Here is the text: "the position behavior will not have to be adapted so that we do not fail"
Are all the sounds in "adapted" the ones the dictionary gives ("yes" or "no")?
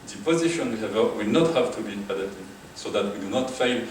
no